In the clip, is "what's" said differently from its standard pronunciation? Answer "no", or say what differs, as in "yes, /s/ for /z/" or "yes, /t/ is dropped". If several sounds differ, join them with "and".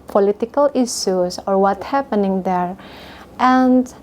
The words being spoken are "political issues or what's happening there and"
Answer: yes, /s/ is dropped